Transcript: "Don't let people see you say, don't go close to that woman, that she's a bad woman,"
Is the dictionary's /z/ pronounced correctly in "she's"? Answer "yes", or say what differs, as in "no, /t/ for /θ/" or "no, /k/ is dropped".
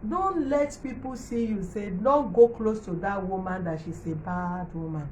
no, /s/ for /z/